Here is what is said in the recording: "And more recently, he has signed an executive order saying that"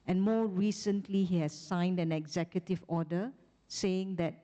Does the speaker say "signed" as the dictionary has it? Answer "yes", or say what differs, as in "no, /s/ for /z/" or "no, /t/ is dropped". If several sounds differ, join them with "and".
yes